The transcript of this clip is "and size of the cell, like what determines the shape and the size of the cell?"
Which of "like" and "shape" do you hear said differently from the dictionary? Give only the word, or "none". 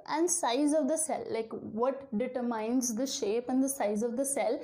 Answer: none